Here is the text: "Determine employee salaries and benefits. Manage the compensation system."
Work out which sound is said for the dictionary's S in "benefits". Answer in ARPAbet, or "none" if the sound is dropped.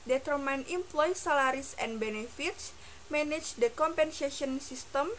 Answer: S